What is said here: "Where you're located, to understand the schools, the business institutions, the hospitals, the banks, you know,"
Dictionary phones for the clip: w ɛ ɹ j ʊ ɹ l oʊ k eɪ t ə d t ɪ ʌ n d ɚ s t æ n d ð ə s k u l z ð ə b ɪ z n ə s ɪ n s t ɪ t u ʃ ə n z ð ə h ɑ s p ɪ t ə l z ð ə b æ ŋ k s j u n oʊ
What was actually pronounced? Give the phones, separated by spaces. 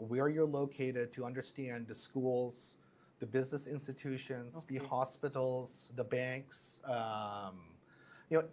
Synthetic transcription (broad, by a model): w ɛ ɹ j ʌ ɹ l oʊ k eɪ t ə d t ɪ ʌ n d ɚ s t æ n ð ə s k u l z ð ə b ɪ z n ə s ɪ n s t ɪ t u ʃ ə n z ð ə h ɑ s p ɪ t l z ð ə b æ ŋ k s j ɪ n oʊ